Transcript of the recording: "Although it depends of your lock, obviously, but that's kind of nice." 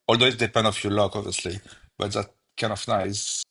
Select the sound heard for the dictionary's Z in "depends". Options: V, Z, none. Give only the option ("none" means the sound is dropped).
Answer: none